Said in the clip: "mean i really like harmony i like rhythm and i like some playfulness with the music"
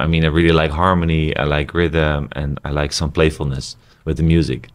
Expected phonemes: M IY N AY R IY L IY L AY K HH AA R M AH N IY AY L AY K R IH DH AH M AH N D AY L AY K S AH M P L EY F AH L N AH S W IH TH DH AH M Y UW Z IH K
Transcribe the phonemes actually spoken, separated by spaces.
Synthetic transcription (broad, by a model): M IY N AY R IY L IY L AY K HH AA R M AH N IY AY L AY K R IH DH AH M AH N AY L AY K S AH M P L EY F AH L N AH S W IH DH AH M Y UW Z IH K